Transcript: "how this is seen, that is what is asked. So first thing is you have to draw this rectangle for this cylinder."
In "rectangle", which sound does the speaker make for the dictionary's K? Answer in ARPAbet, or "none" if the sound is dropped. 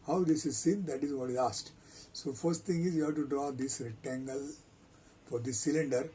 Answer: none